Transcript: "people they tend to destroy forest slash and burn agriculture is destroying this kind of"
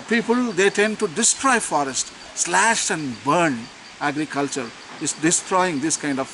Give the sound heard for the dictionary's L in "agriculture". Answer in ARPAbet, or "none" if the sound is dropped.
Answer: L